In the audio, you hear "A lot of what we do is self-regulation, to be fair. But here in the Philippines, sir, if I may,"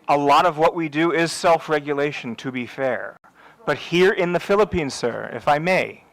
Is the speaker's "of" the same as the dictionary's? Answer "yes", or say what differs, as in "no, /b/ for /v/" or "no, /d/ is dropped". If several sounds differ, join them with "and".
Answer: yes